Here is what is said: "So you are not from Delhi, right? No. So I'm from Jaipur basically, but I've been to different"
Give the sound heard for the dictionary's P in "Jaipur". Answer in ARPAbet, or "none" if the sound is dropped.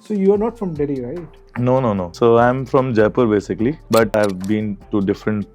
P